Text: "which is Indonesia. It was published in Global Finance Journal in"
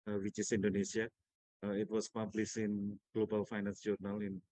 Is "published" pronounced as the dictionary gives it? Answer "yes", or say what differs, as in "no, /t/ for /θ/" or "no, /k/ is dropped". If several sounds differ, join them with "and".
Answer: no, /t/ is dropped